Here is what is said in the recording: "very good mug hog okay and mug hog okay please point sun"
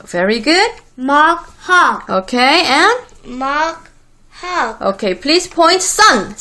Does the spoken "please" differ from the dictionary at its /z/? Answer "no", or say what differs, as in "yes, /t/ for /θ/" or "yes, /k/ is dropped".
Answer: yes, /s/ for /z/